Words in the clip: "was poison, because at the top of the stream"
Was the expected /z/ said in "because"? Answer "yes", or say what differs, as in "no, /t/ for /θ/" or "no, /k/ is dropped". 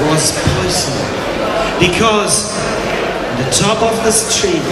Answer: yes